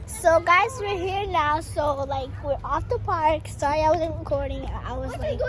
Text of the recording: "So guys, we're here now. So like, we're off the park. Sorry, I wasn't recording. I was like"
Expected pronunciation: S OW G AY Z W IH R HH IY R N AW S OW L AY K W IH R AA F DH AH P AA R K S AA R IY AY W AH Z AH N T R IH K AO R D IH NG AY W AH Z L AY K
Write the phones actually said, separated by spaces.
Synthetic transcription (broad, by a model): S OW G AY Z W IH R HH IY R N AW S OW L AY K W IH R AA F DH AH P AA R K S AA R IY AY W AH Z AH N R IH K AO R D IH NG AY W AH Z L AY K